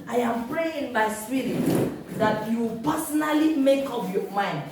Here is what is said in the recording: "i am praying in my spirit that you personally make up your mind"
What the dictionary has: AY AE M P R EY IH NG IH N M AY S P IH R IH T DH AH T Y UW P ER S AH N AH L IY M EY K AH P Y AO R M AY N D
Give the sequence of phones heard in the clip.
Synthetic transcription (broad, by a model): AY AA M P R EY IH NG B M AY S P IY R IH T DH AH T Y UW P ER S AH N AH L IY M EY K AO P Y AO M AY N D